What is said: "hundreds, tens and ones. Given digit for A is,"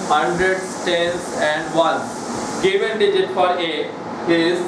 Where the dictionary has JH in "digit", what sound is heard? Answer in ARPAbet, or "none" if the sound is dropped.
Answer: JH